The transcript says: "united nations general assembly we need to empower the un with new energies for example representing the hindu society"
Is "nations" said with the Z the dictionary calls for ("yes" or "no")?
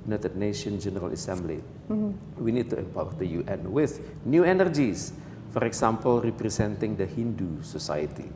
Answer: no